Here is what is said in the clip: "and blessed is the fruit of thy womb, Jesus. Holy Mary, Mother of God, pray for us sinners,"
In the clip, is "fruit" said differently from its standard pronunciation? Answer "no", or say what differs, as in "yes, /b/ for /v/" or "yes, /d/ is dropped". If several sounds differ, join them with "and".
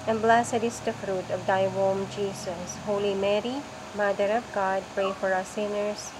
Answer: no